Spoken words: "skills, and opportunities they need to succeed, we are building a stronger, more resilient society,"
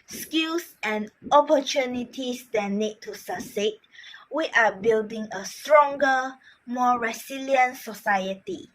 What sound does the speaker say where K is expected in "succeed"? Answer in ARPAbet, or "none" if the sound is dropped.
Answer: none